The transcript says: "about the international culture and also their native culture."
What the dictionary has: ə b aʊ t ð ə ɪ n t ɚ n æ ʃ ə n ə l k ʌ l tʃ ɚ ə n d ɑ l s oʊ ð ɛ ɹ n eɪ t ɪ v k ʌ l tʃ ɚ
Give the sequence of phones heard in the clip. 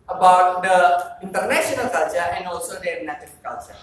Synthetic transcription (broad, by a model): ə b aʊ t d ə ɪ n t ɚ n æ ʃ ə n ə l k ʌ l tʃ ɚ ə n d ɑ l s oʊ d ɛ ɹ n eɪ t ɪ f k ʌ l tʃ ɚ